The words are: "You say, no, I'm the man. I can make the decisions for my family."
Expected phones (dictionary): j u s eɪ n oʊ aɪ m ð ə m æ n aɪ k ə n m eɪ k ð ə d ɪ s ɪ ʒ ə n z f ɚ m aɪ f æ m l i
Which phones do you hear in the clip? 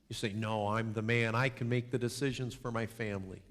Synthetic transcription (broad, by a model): j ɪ s eɪ n oʊ aɪ m ð ə m æ n aɪ k ə n m eɪ k ð ə d ɪ s ɪ ʒ ə n z f ɚ m aɪ f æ m l i